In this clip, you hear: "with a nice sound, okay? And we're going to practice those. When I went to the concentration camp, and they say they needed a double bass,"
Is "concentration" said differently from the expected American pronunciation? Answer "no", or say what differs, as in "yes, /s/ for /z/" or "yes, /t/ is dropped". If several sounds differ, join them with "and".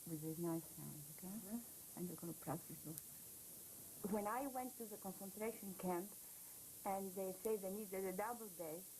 no